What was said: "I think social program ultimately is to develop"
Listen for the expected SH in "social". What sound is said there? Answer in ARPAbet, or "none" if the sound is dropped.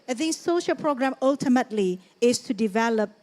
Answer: SH